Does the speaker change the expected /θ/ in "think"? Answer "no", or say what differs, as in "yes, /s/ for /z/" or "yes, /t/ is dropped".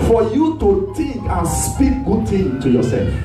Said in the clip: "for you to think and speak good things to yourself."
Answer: yes, /t/ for /θ/